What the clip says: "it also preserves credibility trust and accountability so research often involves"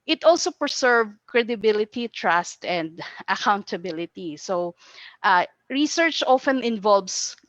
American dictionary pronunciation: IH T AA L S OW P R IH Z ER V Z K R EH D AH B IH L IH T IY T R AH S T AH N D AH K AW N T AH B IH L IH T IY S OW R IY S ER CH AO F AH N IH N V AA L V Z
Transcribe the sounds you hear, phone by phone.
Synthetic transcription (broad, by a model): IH T AA L S OW P R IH S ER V K R EH D AH B IH L IH T IY T R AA S T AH N D AH K AW N T AH B IH L IH T IY S OW R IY S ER CH AO F AH N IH N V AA L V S